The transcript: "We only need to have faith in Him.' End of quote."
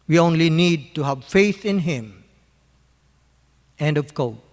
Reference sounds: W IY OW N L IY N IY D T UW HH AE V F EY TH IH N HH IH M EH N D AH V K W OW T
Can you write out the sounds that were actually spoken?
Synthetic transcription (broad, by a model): W IY OW N L IY N IY D T UW HH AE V F EY TH IH N HH IH M EH N D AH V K OW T